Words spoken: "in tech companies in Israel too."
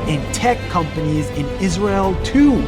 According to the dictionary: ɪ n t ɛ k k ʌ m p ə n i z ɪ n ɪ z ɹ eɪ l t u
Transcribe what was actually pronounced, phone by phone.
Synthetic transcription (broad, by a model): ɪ n t ɛ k k ʌ m p ə n i z ɪ n ɪ z ɹ eɪ l t u